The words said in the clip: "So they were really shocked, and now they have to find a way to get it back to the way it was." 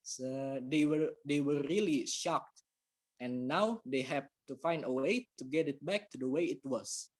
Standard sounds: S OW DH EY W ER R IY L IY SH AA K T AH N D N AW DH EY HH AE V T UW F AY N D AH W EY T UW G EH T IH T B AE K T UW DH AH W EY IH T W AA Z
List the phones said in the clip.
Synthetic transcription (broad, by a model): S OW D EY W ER R IY L IY SH AA K T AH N N AW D EY HH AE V T UW F AY N D AH W EY T UW G EH T IH T B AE K T UW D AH W EY IH T W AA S